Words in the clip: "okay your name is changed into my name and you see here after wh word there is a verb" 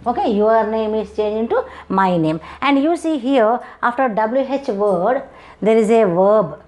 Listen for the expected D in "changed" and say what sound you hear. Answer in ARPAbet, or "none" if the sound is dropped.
none